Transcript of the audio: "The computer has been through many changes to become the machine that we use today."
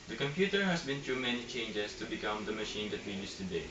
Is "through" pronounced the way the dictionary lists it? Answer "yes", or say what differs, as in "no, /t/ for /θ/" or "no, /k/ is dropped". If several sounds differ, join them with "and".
no, /t/ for /θ/